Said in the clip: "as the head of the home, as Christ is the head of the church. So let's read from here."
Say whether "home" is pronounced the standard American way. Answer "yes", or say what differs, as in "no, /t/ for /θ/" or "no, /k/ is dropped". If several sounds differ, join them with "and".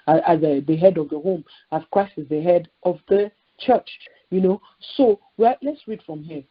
yes